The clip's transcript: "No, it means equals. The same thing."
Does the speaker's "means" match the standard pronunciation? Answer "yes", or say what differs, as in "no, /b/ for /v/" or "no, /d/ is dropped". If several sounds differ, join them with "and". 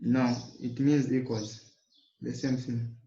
yes